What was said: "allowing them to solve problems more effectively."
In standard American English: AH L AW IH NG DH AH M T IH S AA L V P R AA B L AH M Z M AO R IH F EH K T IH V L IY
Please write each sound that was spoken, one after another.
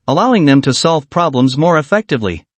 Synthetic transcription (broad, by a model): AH L AW IH NG DH AH M T IH S AA L V P R AA B L AH M Z M AO R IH F EH K T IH V L IY